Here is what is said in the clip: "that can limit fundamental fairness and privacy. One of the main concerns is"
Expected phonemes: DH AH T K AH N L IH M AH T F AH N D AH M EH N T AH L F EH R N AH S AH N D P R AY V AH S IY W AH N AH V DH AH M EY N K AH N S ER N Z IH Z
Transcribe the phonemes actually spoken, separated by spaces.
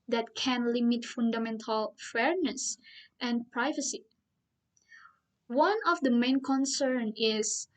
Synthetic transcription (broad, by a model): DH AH T K AH N L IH M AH T F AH N D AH M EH N T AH L F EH R N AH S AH N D P R AY V AH S IY W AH N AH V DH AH M EY N K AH N S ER N IH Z